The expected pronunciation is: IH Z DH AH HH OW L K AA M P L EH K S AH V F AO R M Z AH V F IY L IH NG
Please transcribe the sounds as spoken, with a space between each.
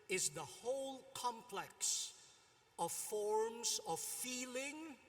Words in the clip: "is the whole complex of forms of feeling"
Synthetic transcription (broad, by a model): IH Z DH AH HH OW L K AA M P L EH K S AH V F AO R M Z AH V F IY L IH NG